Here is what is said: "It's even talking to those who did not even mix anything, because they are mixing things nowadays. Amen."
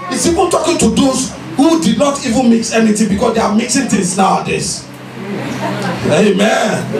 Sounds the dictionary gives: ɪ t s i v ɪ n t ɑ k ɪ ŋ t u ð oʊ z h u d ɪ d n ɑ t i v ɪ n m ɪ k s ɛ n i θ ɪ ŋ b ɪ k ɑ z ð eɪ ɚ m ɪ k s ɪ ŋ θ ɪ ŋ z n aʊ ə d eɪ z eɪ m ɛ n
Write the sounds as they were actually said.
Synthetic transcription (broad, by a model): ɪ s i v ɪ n t ɑ k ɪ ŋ t u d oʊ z h u d ɪ d n ɑ t i v ɪ n m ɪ k s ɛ n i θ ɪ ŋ b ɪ k ɑ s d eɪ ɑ m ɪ k s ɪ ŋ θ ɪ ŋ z n aʊ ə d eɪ s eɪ m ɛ n